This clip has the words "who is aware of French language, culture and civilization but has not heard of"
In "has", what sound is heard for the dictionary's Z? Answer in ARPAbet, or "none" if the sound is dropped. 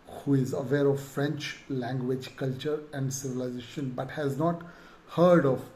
Z